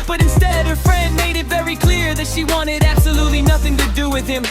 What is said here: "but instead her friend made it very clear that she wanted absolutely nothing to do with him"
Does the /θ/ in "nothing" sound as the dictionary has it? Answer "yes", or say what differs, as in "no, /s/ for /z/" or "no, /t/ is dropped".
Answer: yes